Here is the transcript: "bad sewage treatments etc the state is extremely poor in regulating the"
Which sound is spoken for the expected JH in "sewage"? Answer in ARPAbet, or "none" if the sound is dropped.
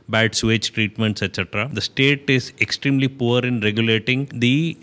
CH